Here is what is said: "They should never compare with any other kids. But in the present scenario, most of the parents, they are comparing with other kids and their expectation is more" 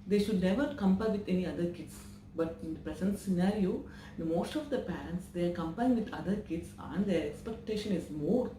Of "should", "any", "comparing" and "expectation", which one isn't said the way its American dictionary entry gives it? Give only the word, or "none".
comparing